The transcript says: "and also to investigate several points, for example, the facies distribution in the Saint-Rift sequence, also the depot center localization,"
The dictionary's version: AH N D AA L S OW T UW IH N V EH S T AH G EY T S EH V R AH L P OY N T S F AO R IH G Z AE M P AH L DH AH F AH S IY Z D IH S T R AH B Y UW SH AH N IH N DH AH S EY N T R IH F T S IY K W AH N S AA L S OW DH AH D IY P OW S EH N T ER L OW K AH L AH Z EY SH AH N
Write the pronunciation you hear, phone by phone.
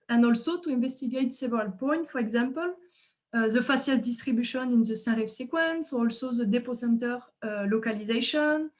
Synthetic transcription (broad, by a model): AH N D AA L S OW T UW IH N V EH S T AH G EY T S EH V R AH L P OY N T F AO R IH G Z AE M P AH L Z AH F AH S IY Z D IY S T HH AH B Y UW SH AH N IH N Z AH S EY R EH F S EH K W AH N S AA L S OW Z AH D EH P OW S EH N T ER L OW K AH L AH Z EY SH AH N